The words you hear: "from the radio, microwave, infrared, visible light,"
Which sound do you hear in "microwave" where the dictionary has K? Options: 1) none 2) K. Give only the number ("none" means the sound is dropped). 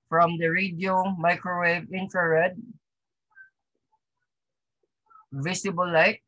2